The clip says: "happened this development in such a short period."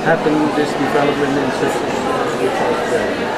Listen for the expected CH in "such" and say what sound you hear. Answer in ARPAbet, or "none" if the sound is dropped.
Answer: S